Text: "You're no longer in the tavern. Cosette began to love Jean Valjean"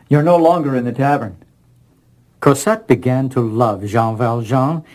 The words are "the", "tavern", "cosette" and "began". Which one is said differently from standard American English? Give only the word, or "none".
none